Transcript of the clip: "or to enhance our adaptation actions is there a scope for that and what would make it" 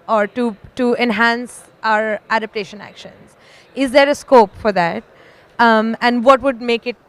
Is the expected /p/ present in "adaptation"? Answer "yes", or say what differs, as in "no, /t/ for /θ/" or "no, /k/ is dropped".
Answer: yes